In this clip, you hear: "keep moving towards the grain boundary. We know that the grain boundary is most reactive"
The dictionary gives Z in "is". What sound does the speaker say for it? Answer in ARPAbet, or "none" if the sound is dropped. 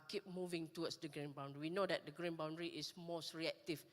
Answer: S